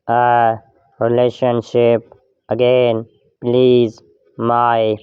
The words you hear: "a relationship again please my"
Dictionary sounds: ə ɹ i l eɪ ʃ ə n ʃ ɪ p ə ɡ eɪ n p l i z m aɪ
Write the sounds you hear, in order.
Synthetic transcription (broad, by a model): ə ɹ i l eɪ ʃ ə n ʃ ɪ p ə ɡ eɪ n p l i z m aɪ